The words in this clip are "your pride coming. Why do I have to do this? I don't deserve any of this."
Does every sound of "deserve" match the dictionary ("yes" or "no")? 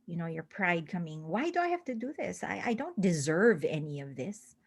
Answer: yes